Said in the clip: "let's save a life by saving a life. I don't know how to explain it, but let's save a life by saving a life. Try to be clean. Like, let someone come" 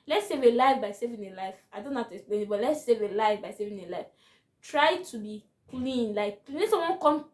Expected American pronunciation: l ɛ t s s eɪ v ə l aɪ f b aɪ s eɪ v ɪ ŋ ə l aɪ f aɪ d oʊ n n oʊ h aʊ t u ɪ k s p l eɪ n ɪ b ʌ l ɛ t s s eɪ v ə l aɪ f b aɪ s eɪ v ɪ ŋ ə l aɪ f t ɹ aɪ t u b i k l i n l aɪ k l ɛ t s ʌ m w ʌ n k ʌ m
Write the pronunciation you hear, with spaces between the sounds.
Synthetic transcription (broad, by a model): l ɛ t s s eɪ v ə l aɪ f b aɪ s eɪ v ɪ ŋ ə l aɪ f aɪ d oʊ n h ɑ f t u ɪ k s p l eɪ n ɪ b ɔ l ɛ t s s eɪ v ə l aɪ f b aɪ s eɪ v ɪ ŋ ə l aɪ f t ɹ aɪ t u b i k l i n l aɪ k n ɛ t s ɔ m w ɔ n k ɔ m